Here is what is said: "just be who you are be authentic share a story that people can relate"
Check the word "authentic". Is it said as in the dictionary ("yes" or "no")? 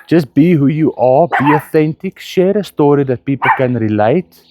yes